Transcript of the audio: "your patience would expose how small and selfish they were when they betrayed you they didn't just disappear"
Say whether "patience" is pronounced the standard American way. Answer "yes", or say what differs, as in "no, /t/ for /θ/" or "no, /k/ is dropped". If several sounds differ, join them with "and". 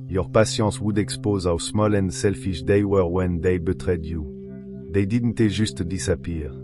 no, /n/ is dropped